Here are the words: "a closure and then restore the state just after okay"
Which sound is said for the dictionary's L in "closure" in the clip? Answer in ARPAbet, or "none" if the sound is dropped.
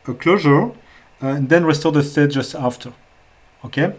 L